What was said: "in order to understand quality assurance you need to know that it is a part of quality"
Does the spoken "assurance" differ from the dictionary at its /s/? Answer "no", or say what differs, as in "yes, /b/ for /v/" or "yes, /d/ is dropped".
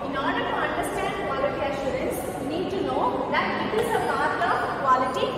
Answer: no